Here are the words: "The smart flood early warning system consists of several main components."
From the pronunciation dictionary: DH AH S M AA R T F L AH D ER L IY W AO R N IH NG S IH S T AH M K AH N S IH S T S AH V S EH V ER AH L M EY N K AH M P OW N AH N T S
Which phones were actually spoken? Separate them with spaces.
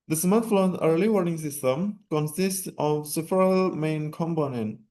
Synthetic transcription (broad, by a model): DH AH S M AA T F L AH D ER L IY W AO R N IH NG S IH S T AH M K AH N S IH S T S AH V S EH F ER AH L M EY N K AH M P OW N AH N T